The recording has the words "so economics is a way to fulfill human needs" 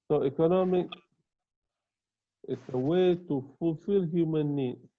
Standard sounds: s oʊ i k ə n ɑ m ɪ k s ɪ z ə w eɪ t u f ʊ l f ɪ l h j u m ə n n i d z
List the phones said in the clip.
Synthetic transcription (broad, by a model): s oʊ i k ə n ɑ m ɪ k ɪ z ə w eɪ t u f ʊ l f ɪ l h j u m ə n n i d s